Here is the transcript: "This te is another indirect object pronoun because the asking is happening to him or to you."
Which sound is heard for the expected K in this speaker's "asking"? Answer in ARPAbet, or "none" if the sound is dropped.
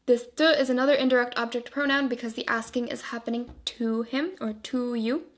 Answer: K